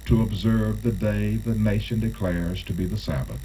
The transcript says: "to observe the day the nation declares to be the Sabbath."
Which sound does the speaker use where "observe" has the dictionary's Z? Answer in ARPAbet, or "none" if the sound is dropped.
Z